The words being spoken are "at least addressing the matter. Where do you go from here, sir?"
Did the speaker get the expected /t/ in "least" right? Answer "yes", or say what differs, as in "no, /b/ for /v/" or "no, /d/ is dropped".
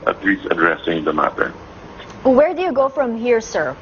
no, /t/ is dropped